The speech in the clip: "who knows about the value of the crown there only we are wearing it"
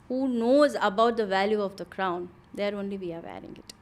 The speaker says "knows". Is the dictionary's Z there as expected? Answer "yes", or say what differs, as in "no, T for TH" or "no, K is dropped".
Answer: yes